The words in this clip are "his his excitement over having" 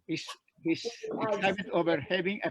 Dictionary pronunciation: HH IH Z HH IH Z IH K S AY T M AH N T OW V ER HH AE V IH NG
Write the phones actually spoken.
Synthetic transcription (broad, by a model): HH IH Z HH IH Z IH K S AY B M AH T OW V ER HH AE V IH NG